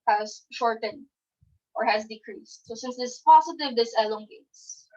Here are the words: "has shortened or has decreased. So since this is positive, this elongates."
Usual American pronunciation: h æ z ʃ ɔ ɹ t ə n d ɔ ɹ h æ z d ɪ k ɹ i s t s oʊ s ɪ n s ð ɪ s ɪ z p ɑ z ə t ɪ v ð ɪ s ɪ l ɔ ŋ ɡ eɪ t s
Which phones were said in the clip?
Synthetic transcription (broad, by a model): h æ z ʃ ɔ ɹ t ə n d ɔ ɹ h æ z d ɪ k ɹ i s t s oʊ s ɪ n s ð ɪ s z p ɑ s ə t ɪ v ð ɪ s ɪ l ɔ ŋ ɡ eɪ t s